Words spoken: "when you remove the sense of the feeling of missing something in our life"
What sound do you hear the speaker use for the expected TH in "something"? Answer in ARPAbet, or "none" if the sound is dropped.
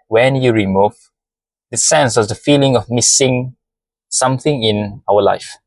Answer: TH